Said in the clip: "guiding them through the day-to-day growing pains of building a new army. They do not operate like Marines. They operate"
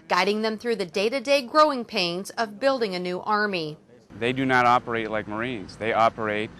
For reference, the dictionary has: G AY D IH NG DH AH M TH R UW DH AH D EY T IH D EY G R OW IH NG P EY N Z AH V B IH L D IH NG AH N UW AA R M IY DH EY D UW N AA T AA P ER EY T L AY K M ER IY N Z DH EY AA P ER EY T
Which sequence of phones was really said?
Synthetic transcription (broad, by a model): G AY D IH NG DH AH M TH R UW DH AH D EY T IH D EY G R OW IH NG P EY N Z AH V B IH L D IH NG AH N UW AA R M IY DH EY D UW N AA T AA P ER EY T L AY K M ER IY N Z DH EY AA P ER EY T